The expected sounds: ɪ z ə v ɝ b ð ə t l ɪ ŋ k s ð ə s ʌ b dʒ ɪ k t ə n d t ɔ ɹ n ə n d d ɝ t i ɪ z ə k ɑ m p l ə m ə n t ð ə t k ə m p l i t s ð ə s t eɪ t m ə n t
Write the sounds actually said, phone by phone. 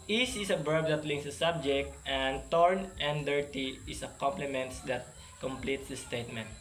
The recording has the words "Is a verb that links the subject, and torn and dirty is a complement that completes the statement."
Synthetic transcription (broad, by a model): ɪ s ə b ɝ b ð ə t l ɪ ŋ k s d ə s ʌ b dʒ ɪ k t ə n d t ɔ ɹ n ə n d d ɝ t i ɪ s ə k ɑ m p l ə m ə n t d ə t k ə m p l i t s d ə s t eɪ t m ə n t